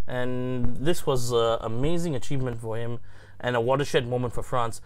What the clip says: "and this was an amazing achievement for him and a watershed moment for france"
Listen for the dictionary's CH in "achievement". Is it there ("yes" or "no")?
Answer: yes